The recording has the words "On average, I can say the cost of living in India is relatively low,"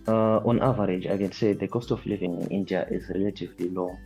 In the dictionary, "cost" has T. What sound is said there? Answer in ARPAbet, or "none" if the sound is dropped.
T